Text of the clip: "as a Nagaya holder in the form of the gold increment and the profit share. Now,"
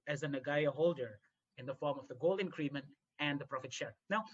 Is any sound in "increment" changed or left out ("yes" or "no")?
no